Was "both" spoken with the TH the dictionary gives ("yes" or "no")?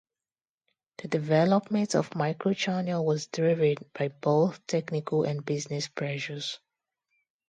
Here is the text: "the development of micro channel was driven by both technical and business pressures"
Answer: yes